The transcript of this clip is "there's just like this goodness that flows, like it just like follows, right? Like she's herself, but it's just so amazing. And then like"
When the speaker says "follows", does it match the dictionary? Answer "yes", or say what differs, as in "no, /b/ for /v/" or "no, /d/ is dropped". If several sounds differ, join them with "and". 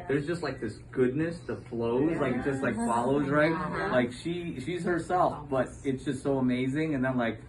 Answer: yes